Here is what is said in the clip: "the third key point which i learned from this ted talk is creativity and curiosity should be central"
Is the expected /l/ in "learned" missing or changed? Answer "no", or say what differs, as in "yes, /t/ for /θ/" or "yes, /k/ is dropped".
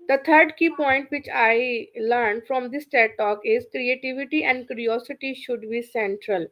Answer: no